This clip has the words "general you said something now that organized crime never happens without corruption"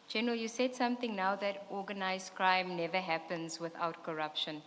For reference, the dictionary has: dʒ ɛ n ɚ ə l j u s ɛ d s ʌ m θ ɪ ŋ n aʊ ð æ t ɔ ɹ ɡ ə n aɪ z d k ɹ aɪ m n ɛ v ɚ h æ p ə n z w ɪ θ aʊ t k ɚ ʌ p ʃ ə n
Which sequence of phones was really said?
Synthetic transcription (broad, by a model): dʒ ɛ n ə j u s ɛ d s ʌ m t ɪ ŋ n aʊ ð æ t ɔ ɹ ɡ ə n aɪ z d k ɹ aɪ m n ɛ v ɚ h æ p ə n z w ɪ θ aʊ t k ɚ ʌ p ʃ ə n